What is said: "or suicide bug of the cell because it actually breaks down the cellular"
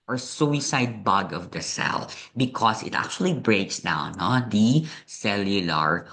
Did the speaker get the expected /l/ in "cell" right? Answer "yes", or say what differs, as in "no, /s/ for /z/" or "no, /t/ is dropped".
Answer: yes